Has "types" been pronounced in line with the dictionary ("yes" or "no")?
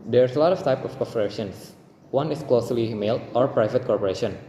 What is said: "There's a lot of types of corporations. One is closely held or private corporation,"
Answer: no